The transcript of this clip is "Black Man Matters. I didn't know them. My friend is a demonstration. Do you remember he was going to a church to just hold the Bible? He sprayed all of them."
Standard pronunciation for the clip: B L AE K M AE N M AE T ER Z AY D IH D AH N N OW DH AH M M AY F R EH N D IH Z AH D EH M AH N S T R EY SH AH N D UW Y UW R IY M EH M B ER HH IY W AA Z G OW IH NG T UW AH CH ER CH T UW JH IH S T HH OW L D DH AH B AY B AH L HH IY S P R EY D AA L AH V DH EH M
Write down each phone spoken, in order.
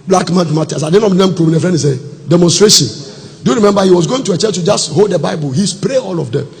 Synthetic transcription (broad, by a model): B L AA K M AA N M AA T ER S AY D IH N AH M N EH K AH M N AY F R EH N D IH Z AH D EH M AH N S T R EY SH AH N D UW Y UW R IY M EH M B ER HH IY W AA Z G OW IH NG T UW AH CH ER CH T UW JH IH S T HH OW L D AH B AY B AH L HH IY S P R EY AA L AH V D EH M